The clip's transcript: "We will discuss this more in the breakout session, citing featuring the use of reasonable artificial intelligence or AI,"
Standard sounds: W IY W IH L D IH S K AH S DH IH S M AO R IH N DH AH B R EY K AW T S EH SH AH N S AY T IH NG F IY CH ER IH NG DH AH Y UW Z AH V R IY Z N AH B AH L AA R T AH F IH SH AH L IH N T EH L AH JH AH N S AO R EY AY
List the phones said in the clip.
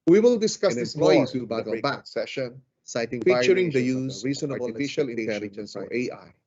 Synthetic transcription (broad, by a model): W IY W IH L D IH S K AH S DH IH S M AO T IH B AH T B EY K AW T S EH SH AH N S AY T IH NG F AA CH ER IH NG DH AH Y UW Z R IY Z AH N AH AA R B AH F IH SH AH L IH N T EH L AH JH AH N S AO R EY AY